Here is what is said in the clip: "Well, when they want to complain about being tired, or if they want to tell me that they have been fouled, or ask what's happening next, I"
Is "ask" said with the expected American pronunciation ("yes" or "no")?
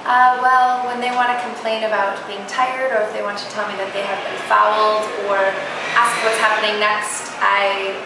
yes